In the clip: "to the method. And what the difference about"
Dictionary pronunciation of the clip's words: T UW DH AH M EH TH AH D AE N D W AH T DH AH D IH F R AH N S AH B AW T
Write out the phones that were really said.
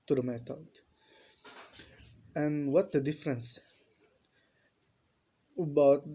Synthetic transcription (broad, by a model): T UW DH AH M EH T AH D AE N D W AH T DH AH D IH F R AH N S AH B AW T